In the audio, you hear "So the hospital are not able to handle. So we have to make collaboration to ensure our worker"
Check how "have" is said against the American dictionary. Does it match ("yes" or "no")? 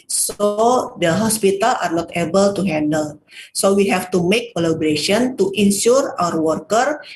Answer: no